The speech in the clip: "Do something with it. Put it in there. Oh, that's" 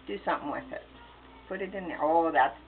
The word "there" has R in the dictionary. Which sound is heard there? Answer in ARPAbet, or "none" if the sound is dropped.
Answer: L